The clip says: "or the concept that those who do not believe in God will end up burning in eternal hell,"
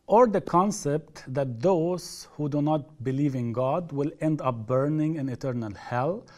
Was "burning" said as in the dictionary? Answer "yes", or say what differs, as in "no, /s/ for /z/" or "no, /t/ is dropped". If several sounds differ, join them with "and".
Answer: yes